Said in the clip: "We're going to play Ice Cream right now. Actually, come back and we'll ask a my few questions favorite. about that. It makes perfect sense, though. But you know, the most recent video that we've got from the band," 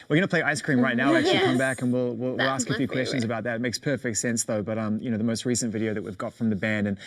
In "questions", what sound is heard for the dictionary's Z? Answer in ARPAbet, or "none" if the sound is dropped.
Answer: Z